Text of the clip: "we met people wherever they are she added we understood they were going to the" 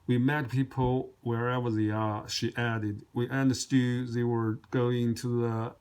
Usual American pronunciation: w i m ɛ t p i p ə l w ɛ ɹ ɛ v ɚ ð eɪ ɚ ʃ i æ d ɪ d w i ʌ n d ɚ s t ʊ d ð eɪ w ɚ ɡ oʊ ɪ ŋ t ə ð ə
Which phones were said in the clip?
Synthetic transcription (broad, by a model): w i m ɛ t p i p l w ɛ ɹ ɛ v ɚ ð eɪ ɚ ʃ i æ d ɪ d w i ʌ n d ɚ s t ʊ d ð eɪ w ɚ ɡ oʊ ɪ ŋ t ə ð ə